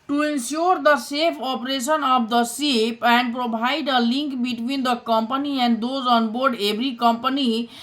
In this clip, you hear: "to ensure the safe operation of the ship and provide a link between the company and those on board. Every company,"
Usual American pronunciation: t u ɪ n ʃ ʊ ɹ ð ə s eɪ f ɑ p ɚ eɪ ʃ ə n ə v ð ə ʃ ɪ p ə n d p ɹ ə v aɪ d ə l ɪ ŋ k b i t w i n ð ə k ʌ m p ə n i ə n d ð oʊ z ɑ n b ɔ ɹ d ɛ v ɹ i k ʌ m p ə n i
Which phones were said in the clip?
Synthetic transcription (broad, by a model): t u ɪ n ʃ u ɹ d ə s eɪ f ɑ p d eɪ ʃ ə n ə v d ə s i p ə n d p ɹ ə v aɪ d ə l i ŋ k b i t w i n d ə k ʌ m p ə n i ə n d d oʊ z ɑ n b ɔ ɹ d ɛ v ɹ i k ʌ m p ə n i